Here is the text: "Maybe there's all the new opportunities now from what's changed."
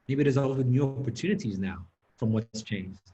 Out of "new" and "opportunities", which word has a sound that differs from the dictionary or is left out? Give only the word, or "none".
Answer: none